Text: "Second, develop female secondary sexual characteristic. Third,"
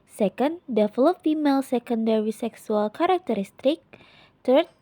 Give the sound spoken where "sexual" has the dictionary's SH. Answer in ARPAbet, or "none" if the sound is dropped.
S